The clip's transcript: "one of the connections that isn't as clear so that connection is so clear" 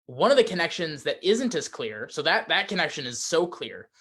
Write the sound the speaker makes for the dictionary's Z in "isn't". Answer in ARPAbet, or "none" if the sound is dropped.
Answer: Z